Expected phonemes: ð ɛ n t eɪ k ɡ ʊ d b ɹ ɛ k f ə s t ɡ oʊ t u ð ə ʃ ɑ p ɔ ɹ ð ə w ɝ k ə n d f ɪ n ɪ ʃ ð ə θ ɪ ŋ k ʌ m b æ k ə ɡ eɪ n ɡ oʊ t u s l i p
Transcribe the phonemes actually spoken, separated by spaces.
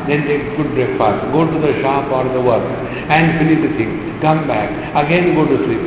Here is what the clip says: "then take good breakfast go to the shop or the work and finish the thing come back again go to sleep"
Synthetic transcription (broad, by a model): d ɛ n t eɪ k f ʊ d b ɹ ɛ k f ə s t ɡ oʊ t u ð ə ʃ ɑ p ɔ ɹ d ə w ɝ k ə n d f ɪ l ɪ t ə t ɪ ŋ k ʌ m b æ k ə ɡ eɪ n ɡ oʊ t u s l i p